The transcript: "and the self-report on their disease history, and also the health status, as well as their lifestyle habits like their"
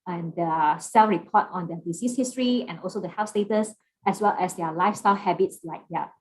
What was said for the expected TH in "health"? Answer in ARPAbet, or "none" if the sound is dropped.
F